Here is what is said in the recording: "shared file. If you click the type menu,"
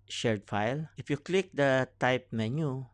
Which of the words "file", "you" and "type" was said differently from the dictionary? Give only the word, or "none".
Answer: none